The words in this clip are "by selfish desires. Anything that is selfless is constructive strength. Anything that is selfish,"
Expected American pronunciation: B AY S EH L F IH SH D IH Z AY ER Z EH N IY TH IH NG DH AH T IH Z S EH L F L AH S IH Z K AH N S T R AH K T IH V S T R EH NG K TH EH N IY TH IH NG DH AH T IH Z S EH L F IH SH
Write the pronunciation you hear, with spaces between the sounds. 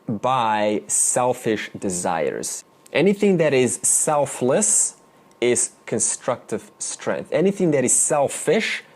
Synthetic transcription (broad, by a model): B AY S EH L F IH SH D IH Z AY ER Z EH N IY TH IH NG DH AH T IH Z S EH L F L AH S IH Z K AH N S T R AH K T IH V S T R EH NG K TH EH N IY TH IH NG DH AH T IH Z S EH L F IH SH